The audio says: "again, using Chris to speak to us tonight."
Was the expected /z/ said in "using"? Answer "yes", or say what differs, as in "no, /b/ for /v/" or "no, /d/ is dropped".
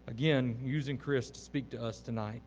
yes